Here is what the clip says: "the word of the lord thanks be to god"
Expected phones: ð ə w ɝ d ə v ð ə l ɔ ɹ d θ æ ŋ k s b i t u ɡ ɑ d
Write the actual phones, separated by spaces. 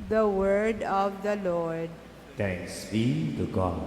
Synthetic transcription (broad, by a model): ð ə w ɝ d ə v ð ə l ɔ ɹ d t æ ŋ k s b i t u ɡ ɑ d